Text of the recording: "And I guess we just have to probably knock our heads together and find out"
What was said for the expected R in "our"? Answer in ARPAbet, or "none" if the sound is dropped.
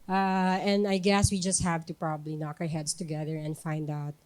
R